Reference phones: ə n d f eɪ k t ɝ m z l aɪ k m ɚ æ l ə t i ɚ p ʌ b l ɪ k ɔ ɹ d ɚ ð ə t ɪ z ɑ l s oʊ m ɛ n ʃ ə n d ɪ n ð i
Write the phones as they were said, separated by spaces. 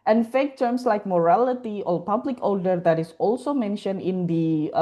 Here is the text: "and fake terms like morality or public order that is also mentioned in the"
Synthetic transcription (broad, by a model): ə n f eɪ k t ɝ m s l aɪ k m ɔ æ l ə t i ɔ p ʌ b l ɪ k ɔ l d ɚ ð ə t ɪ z ɑ l s oʊ m ɛ n ʃ ə n d ɪ n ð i